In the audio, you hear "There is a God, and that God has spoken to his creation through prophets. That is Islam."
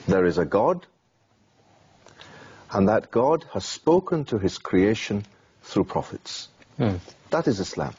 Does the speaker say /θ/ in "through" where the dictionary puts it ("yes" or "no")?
yes